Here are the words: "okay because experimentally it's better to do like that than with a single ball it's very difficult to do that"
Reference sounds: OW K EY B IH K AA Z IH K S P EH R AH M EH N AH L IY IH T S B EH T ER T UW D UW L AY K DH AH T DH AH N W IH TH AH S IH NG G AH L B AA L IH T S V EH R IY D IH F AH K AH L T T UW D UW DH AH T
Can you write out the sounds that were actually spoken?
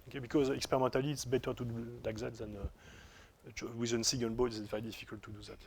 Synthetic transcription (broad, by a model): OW K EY B IH K AA Z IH K S P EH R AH M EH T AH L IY T S B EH T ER T UW D UW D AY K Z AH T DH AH N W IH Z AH S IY G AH N B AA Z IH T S V EH R IY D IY F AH K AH L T T UW D UW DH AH T